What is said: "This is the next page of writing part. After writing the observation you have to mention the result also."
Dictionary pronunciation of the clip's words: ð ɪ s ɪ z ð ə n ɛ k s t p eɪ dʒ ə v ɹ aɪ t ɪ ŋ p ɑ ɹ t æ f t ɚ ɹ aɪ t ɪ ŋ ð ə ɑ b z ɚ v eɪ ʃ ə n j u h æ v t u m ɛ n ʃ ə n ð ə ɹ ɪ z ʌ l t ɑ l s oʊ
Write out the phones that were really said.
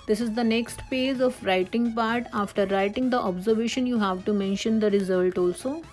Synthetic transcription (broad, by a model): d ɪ s ɪ z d ə n ɛ k s t p eɪ dʒ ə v ɹ aɪ t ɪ ŋ p ɑ ɹ t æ f t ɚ ɹ aɪ t ɪ ŋ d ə ɑ b z ɚ v eɪ ʃ ə n j u h æ v t u m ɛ n ʃ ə n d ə ɹ ɪ z ʌ l t ɑ l s oʊ